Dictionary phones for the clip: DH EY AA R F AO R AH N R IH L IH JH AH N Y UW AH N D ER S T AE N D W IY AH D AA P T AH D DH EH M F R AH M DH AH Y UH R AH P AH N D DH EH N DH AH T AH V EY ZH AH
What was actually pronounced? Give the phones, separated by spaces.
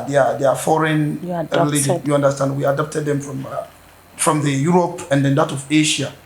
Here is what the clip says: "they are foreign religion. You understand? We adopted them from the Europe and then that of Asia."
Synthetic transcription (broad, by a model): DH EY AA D F AO R AH N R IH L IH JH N Y UW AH N D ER S T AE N D W IY AH D AA P T AH D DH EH M F R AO M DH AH Y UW R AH P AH N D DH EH N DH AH T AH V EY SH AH